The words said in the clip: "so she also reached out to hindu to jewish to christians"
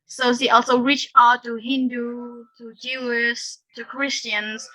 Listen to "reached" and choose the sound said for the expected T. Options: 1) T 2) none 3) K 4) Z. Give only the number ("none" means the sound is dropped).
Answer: 2